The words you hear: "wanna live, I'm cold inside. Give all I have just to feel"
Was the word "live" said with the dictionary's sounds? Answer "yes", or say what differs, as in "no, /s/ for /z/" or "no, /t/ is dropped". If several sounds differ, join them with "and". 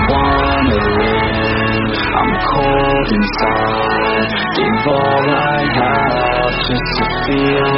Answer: no, /w/ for /l/ and /v/ is dropped